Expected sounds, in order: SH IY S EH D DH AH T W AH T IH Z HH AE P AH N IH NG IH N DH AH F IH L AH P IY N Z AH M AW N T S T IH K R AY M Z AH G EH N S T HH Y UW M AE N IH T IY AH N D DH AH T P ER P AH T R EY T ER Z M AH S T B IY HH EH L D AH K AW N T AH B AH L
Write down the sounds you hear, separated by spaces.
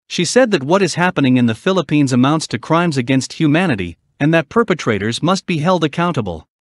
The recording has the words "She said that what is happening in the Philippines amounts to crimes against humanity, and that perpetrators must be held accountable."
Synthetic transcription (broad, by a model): SH IY S EH D DH AH T W AH T IH Z HH AE P AH N IH NG IH N DH AH F IH L AH P IY N Z AH M AW N T S T IH K R AY M Z AH G EH N S T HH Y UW M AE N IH T IY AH N DH AH T P ER P AH T R EY T ER Z M AH S T B IY HH EH L D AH K AW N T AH B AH L